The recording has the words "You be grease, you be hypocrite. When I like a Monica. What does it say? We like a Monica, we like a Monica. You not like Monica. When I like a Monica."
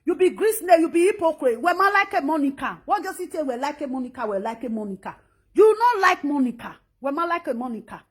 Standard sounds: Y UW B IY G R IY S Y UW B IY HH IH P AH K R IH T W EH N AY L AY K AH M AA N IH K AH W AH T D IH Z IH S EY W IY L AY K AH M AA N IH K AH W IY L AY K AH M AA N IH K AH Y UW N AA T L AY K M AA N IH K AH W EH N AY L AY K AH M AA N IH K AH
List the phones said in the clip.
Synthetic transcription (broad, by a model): Y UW B IY G R IY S Y UW B IY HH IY P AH K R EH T W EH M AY L AY K AH M AA N IH K AH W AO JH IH S IH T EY W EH L AY K AH M AA N IH K AH W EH L AY K AH M AA N IH K AH Y UW N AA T L AY K M AA N IH K AH W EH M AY L AY K AH M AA N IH K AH